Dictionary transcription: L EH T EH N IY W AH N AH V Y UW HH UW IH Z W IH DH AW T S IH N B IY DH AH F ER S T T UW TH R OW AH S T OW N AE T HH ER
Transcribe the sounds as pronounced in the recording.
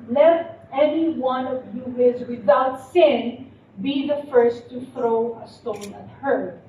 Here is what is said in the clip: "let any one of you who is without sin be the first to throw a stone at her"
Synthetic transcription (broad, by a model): L EH T EH N IY W AH N AH V Y UW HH IH Z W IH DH AW T S IH N B IY DH AH F ER S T T UW TH R OW AH S T OW N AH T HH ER